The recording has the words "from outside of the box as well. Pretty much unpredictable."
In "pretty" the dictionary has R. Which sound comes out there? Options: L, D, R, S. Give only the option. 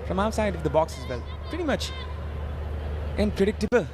R